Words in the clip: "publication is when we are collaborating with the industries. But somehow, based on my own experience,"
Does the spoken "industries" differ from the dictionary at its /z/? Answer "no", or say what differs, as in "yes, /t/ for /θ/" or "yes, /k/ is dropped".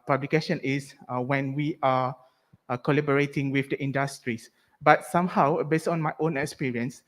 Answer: yes, /s/ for /z/